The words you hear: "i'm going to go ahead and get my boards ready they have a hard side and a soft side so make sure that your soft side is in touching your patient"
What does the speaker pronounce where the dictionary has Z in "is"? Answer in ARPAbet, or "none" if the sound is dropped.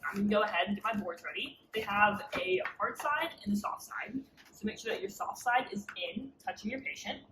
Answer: Z